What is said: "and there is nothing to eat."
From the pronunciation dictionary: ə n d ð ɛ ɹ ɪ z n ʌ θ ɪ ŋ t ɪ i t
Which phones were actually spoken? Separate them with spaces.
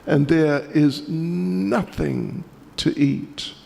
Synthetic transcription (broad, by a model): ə n ð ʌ ɹ ɪ z n ʌ θ ɪ ŋ t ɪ i t